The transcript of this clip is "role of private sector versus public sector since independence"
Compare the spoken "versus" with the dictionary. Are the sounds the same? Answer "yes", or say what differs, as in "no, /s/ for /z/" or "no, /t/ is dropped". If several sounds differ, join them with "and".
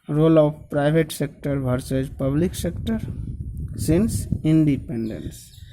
no, /b/ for /v/